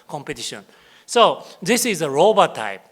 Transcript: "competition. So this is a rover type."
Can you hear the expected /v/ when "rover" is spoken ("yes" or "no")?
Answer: no